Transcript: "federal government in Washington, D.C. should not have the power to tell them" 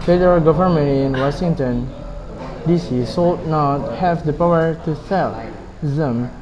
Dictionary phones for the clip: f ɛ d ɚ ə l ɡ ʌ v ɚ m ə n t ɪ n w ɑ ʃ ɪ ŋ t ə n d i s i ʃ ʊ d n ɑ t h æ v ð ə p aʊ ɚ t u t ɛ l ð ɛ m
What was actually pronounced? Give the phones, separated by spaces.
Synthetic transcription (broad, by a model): f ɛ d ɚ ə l ɡ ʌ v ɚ m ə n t ɪ n w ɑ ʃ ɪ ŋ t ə n d i s i s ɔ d n ɑ t h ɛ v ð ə p aʊ ɚ t u s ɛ l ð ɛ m